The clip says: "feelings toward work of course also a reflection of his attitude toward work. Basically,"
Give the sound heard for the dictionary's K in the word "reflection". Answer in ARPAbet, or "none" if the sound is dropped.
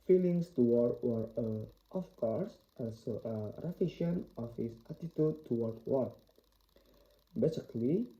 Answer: none